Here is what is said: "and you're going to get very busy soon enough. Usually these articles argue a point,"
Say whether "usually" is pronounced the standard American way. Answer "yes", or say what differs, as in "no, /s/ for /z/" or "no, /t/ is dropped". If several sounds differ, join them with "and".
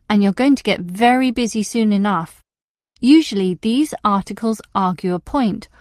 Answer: yes